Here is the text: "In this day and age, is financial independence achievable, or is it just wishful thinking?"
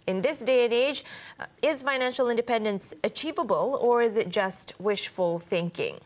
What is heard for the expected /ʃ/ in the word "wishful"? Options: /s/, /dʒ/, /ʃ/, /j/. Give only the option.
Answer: /ʃ/